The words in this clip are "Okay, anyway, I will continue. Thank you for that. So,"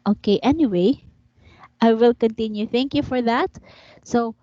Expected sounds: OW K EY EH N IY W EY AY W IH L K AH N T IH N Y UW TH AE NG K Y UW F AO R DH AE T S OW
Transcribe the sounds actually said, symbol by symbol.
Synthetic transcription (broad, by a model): OW K EY EH N IY W EY AY W IH L K AH N T IH N Y UW TH AE NG K Y UW F AO R DH AE T S OW